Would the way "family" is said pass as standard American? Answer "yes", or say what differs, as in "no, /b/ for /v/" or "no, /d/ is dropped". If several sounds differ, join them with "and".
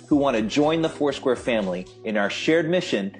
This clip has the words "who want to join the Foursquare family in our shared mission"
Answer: yes